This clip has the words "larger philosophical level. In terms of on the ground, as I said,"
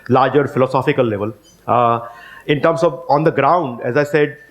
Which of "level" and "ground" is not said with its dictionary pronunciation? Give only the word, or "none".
none